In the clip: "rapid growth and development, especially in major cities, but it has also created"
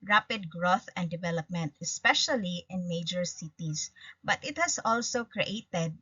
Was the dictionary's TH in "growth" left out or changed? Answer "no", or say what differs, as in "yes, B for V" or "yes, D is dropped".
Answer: no